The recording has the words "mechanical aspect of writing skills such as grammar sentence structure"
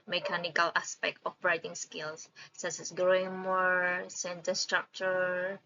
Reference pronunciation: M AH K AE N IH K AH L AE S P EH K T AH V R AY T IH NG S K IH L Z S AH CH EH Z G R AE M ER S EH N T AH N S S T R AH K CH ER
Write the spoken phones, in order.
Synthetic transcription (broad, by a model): M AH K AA N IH K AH L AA S P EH K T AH B R AY T IH NG S K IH L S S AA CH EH S G R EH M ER S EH N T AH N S S T R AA K CH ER